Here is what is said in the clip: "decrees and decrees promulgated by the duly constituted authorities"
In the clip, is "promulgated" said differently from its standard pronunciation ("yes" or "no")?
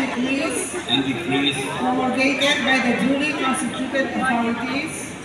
yes